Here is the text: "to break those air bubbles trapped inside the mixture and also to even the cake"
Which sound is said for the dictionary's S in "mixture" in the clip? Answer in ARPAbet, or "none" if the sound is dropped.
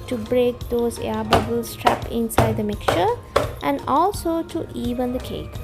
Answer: none